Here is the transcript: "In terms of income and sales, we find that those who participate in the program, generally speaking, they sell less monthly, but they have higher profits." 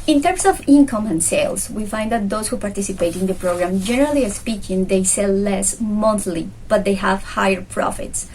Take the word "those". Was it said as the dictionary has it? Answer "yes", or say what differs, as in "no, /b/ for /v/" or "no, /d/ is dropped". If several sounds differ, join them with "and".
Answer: no, /s/ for /z/